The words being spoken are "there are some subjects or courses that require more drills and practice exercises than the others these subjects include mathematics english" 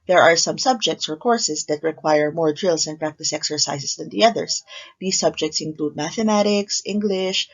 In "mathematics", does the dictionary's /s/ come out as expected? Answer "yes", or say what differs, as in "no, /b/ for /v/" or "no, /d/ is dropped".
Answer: yes